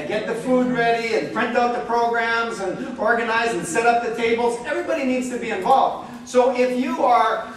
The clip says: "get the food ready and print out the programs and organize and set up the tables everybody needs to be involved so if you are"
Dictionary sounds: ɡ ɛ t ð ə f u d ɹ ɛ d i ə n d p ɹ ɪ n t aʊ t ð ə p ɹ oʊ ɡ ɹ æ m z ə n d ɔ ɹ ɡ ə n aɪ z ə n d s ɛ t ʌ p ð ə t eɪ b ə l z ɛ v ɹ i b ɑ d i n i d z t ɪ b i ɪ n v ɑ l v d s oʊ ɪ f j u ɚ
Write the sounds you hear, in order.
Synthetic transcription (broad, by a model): ɡ ɛ t ð ə f u d ɹ ɛ d i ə n p ɹ ɪ n t aʊ t ð ə p ɹ oʊ ɡ ɹ æ m z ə n ɔ ɹ ɡ ə n aɪ z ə n s ɛ t ʌ p ð ə t eɪ b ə l z ɛ v ɹ i b ɑ d i n i d z t ɪ b i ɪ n v ɑ l v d s oʊ ɪ f j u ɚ